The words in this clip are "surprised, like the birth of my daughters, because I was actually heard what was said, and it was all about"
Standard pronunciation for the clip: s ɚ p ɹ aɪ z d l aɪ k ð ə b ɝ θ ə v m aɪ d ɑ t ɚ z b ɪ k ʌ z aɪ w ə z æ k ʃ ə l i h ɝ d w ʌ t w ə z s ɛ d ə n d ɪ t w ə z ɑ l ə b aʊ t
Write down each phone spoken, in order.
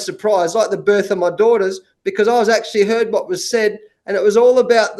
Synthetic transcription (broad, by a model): s ɚ p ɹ aɪ z l aɪ k ð ə b ɝ θ ə v m aɪ d ɑ t ɚ z b ɪ k ʌ z aɪ w ə z æ k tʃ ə l i h ɝ d w ʌ t w ə z s ɛ d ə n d ɪ t w ə z ɑ l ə b aʊ t